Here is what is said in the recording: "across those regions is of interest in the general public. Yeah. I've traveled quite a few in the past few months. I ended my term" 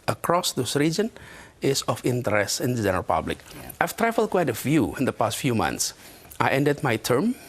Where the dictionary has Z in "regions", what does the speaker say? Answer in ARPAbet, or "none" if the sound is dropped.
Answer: none